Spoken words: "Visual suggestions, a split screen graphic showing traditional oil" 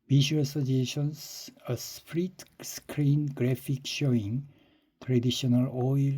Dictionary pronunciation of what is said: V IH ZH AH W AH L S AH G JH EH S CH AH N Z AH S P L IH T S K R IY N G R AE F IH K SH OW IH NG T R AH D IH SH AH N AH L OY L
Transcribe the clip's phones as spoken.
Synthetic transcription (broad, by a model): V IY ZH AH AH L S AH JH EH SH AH N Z AH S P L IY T S K R IY N G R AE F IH K SH OW IH NG T R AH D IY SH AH N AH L OY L